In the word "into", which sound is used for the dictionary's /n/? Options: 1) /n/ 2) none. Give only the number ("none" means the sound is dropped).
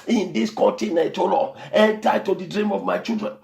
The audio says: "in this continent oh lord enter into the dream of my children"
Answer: 2